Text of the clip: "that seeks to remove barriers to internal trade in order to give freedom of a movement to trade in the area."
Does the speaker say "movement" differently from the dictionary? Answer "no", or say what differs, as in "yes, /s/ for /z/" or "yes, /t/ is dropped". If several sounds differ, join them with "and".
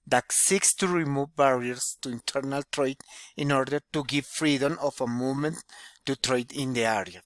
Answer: yes, /v/ is dropped